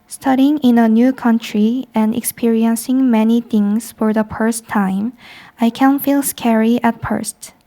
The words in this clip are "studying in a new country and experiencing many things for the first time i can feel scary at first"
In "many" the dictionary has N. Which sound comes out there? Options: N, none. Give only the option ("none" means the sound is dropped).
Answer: N